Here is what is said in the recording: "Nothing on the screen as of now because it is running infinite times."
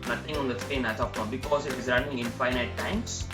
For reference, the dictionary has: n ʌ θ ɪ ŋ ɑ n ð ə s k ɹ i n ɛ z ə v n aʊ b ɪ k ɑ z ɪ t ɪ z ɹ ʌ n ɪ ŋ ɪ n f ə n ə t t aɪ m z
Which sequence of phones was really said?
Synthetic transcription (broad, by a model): n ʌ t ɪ ŋ ɑ n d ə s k ɛ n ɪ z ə f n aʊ b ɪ k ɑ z ɪ t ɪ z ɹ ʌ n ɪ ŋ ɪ n f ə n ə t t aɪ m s